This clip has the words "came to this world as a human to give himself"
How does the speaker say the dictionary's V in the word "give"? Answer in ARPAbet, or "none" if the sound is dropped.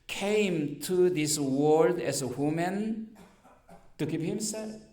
P